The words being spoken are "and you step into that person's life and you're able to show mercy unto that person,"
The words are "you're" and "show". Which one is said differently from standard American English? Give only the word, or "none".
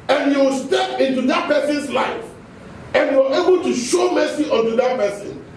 you're